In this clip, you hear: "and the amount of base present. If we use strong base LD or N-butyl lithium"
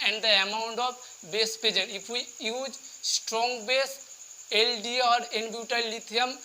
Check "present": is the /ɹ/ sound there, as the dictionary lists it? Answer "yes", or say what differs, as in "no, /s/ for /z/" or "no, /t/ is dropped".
no, /ɹ/ is dropped